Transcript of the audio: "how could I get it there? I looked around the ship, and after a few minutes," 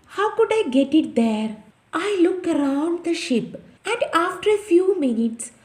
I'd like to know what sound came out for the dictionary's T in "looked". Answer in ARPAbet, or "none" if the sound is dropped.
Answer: none